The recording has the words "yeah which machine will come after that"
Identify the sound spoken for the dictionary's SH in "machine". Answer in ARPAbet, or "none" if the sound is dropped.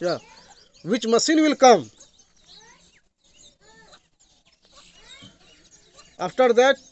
S